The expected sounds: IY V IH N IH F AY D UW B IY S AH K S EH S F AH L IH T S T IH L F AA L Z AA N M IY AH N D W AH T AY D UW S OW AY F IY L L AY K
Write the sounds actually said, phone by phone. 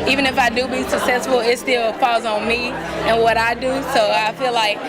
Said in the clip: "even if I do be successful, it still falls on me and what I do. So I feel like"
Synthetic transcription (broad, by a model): IY V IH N IH F AY D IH B IY S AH K S EH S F L IH T S T IH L P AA Z N M IY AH N W AH T AY D UW S OW AY F IY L L AY K